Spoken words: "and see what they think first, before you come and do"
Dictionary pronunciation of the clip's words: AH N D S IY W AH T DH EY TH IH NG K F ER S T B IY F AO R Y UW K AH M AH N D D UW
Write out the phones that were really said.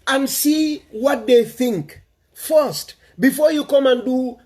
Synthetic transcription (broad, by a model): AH N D S IY W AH T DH EY TH IH NG K F ER S T B IY F AO R Y UW K AH M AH N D D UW